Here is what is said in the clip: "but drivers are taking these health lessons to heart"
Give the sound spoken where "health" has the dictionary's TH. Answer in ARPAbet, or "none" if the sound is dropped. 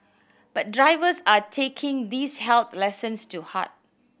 T